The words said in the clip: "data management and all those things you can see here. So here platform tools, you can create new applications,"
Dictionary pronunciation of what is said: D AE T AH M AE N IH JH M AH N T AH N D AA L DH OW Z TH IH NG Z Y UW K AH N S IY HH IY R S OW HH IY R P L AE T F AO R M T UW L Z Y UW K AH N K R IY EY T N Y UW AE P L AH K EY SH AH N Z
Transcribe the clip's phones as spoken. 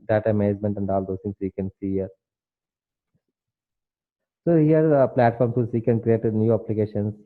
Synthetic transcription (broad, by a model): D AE T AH M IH Z M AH N T AH N D AA L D OW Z T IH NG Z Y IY K AH N S IY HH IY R S OW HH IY R P L AE T F AO R M S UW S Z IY K AH N K R IY EY T N Y UW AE P L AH K EY SH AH N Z